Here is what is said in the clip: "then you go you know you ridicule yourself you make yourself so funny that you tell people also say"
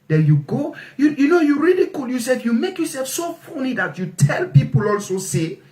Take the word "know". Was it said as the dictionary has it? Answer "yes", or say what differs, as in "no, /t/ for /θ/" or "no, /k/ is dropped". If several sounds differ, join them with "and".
yes